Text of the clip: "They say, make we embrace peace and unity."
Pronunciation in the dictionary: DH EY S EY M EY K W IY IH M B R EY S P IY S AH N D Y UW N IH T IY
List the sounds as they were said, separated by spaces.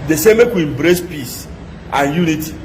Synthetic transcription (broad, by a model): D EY S EY M EY K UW IH M B R EY S P IY S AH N Y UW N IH T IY